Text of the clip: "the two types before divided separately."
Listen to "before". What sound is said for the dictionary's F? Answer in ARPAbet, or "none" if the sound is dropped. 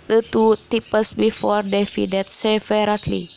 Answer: F